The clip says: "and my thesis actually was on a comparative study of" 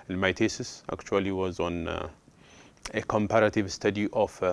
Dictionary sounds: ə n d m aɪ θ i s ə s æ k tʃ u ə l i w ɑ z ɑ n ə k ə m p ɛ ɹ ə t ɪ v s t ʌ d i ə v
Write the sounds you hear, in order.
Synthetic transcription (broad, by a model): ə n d m aɪ t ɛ s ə s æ k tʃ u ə l i w ɑ z ɑ n ə k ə m p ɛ ɹ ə t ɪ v s t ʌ d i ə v